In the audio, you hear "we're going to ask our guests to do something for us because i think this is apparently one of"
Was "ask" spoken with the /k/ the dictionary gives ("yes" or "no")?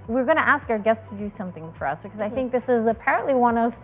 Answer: yes